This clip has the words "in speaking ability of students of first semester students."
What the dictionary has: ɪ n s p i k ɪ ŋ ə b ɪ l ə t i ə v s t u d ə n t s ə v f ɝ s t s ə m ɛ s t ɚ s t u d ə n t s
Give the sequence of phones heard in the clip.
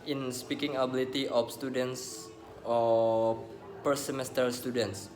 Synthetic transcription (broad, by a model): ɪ n s p i k ɪ ŋ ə b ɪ l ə t i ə f s t u d ə n t s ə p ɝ t s ə m ɛ s t ɚ s t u d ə n t s